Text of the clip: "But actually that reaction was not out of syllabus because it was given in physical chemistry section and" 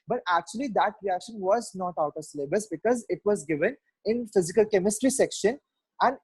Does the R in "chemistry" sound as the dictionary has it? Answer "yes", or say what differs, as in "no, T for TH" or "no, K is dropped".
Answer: yes